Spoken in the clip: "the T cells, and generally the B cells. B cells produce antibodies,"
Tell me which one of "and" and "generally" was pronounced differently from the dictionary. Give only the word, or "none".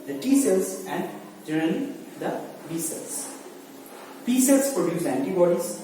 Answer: generally